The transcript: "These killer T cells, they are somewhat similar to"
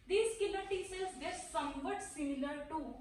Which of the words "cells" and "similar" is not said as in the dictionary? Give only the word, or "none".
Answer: cells